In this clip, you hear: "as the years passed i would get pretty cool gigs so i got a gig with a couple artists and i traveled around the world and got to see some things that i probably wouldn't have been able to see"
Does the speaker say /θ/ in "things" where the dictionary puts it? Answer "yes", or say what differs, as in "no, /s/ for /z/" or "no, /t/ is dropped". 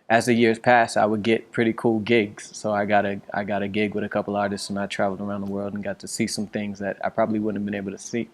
yes